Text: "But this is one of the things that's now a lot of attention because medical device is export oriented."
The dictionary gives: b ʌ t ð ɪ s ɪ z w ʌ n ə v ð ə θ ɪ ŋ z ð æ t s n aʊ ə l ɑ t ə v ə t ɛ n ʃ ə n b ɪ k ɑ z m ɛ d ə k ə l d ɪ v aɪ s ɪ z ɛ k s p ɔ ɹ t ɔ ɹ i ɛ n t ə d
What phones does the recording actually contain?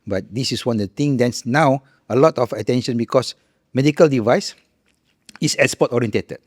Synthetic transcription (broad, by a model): b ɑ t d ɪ s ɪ s w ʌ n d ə t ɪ ŋ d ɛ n s n aʊ ə l ɑ t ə f ə t ɛ n ʃ ə n b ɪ k ɑ s m ɛ d ə k ə l d ɪ v aɪ s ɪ s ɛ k s p ɔ t ɔ ɹ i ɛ n t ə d